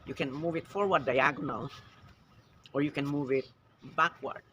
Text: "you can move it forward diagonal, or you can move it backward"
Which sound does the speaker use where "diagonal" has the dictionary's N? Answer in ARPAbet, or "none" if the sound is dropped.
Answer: N